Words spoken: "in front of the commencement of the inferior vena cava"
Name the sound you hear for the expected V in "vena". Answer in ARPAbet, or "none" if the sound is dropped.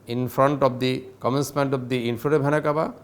B